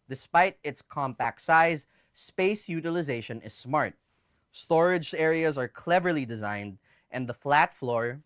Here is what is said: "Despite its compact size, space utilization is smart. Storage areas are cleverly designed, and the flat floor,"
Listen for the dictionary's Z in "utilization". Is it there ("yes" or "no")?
yes